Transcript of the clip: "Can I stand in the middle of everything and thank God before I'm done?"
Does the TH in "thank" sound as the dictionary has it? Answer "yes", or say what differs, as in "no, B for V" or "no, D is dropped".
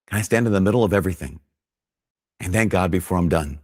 yes